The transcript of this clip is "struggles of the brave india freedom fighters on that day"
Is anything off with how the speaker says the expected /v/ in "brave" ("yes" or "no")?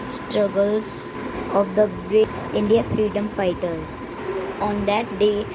yes